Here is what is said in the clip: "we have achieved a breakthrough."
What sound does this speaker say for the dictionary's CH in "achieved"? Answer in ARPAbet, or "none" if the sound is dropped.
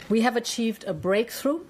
CH